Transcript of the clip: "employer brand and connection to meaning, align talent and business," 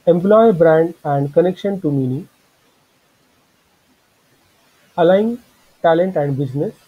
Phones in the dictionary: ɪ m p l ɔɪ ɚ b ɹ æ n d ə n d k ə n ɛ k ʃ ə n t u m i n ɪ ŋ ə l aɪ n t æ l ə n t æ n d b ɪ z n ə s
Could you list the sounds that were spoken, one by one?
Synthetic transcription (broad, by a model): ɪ m p l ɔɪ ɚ b ɹ æ n d ə n d k ə n ɛ k ʃ ə n t u m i n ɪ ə l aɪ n t æ l ə n t æ n d b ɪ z n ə s